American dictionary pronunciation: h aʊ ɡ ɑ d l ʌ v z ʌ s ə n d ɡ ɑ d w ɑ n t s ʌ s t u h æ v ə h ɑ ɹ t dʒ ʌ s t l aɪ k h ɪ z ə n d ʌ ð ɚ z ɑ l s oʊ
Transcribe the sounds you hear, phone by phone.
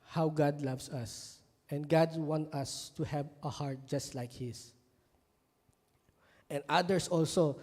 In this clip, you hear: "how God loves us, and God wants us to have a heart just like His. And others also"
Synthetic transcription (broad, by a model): h aʊ ɡ ɑ d l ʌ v s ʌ s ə n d ɡ ɑ d w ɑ n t ʌ s t u h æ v ə h ɑ ɹ t dʒ ʌ s t l aɪ k h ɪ s ə n d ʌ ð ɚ s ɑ l s oʊ